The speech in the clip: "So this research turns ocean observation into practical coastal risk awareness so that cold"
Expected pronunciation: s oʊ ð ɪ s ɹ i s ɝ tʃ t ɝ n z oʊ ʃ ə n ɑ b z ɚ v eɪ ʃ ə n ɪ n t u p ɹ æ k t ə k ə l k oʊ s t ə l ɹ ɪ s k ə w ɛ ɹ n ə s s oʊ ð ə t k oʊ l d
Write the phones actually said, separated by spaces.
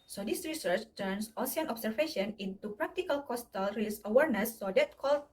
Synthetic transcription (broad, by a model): s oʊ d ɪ s ɹ i s ɝ tʃ t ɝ n s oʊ s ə n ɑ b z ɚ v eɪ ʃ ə n ɪ n t u p ɹ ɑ k t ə k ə l k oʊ s t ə l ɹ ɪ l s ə w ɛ ɹ n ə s s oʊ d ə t k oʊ l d